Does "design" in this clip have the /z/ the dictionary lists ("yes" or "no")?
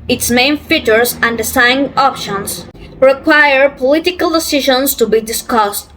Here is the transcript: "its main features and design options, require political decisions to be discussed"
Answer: no